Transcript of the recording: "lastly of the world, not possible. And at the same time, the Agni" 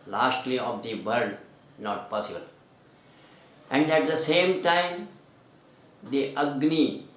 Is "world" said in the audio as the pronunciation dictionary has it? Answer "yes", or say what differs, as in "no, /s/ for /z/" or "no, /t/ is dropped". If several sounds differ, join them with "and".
no, /l/ is dropped